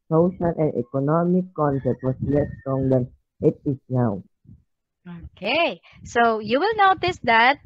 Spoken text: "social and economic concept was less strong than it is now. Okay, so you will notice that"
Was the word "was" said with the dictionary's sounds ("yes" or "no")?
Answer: no